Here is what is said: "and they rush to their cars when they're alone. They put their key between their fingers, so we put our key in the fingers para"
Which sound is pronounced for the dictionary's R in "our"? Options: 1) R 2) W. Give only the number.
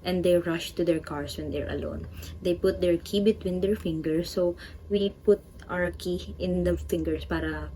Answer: 2